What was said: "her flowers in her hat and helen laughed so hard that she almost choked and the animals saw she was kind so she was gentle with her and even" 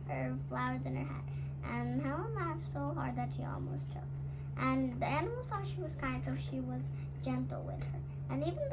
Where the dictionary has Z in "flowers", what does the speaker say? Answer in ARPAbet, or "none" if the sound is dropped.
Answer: Z